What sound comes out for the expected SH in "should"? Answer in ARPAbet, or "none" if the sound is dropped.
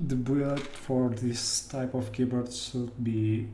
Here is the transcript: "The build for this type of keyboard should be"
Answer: S